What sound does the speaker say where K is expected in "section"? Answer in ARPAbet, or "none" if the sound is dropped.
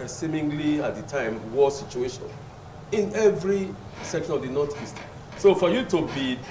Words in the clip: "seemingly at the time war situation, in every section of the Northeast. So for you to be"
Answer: K